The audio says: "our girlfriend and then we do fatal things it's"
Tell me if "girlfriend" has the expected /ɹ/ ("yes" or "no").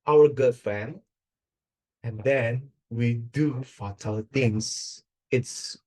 no